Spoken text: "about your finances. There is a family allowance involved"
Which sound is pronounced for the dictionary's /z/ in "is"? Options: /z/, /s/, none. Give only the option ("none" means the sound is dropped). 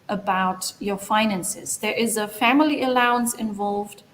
/z/